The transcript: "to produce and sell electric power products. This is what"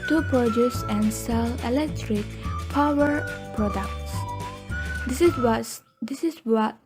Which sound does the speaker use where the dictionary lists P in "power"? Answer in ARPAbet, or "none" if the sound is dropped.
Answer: P